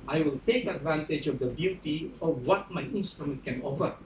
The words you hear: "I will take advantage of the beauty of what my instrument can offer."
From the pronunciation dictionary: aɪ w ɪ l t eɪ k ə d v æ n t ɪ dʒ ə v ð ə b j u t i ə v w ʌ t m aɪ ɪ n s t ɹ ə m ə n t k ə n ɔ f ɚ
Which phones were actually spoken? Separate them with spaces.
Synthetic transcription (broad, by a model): aɪ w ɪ l t eɪ k ə d v æ n t ɪ dʒ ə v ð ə b j u t i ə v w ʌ t m aɪ ɪ n s t ɹ ə m ə n t k ə n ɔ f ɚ